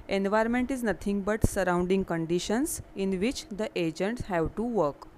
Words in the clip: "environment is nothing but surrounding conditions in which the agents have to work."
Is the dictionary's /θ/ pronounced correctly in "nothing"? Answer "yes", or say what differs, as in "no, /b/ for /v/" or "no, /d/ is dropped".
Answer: no, /t/ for /θ/